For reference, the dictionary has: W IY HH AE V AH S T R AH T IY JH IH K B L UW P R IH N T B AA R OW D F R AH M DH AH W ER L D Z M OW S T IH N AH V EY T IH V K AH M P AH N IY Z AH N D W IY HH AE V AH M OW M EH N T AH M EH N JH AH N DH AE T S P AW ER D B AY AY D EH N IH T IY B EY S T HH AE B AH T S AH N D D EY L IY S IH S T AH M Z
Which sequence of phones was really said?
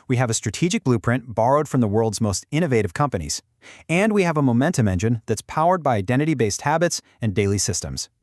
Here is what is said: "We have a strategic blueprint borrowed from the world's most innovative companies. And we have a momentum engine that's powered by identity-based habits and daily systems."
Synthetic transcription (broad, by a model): W IY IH V AH S T R AH T IY JH IH K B L UW P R IH N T B AA R OW D F R AH M DH AH W ER L D Z M OW S T IH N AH V EY T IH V K AH M P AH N IY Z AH N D W IY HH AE V AH M OW M EH N T AH M EH N JH AH N DH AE T S P AW ER D B AY AY D EH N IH T IY B EY S T HH AE B AH T S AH N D D EY L IY S IH S T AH M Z